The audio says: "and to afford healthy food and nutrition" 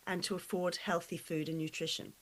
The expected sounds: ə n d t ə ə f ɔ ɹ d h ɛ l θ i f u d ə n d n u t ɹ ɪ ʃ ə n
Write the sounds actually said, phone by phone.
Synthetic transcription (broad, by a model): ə n t ə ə f ɔ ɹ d h ɛ l θ i f u d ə n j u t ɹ ɪ ʃ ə n